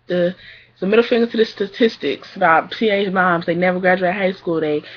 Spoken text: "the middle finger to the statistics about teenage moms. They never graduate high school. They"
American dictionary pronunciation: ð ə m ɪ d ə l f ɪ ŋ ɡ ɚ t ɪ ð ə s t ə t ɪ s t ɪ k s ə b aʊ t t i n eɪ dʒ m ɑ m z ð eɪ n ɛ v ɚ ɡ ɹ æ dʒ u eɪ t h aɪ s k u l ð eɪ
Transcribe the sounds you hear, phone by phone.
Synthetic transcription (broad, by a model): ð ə m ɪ d l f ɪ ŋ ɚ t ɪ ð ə s t ə t ɪ s t ɪ k s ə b aʊ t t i eɪ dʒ m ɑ m z ð eɪ n ɛ v ɚ ɡ ɹ æ dʒ u eɪ t h aɪ s k u l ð eɪ